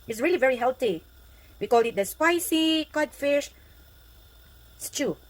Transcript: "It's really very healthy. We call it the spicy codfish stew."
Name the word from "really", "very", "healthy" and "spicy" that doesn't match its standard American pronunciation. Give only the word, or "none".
healthy